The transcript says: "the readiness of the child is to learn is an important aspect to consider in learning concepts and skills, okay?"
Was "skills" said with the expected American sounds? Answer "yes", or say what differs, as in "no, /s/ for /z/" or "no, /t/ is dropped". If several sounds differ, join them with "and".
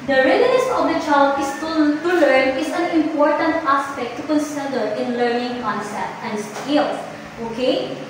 no, /s/ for /z/